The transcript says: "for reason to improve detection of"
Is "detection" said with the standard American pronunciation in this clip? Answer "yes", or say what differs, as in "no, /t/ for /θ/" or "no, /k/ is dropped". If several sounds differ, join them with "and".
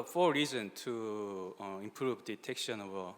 yes